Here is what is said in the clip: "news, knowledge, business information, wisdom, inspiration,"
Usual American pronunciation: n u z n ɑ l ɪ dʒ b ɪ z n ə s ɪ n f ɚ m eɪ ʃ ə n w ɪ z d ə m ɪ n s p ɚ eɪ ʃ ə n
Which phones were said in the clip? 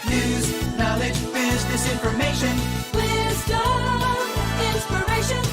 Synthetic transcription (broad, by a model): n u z n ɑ l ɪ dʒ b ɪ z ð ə s ɪ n f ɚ m eɪ ʃ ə n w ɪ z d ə ɪ n s p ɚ eɪ ʃ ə n